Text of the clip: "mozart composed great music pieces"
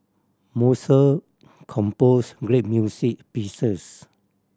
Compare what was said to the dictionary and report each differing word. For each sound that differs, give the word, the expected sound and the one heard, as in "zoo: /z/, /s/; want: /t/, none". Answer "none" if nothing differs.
mozart: /z/, /s/; music: /z/, /s/; pieces: /z/, /s/